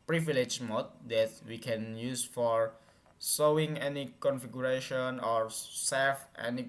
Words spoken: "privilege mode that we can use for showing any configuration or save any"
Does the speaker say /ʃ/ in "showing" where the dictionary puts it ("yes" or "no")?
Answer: no